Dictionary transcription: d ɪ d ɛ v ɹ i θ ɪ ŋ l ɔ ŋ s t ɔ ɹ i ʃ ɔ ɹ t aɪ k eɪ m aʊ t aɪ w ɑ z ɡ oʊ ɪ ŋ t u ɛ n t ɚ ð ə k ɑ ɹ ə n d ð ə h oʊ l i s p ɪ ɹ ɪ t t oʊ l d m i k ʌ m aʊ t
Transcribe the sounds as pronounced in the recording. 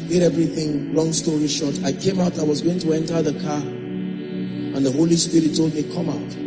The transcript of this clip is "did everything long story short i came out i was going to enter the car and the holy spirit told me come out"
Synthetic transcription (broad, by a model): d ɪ d ɛ v ɹ i θ ɪ ŋ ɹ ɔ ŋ s t ɔ ɹ i ʃ ɔ t aɪ k eɪ m aʊ t aɪ w ɑ z ɡ oʊ ɪ ŋ t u ɛ n t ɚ ð ə k ɑ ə n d ð ə h oʊ l i s p ɪ ɹ ɪ t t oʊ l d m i k ʌ m aʊ t